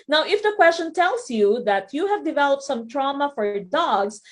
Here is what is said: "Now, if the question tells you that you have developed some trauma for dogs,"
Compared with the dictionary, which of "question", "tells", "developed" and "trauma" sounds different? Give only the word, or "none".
tells